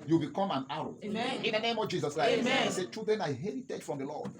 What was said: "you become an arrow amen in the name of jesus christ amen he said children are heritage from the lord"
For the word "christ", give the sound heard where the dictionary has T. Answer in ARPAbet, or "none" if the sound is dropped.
none